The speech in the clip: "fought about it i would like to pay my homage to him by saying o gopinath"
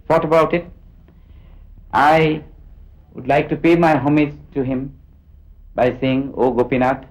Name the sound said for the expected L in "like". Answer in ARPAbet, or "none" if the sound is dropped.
L